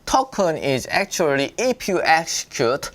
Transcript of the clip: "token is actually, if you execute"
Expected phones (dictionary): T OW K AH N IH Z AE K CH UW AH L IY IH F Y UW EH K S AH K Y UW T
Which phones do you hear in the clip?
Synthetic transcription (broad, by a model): T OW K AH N IH Z AE K CH UW AH L IY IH P Y UW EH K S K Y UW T